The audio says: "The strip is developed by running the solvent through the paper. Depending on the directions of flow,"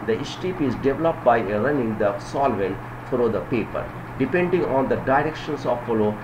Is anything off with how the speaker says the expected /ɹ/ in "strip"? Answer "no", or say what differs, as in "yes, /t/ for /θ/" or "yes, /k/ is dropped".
yes, /ɹ/ is dropped